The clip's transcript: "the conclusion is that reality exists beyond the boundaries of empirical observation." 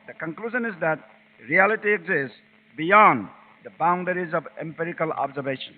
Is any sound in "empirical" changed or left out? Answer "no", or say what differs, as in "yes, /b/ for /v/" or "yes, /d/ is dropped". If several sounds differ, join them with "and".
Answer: no